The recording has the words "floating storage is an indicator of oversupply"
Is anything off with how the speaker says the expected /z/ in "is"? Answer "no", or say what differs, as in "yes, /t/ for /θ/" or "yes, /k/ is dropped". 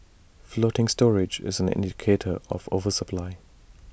no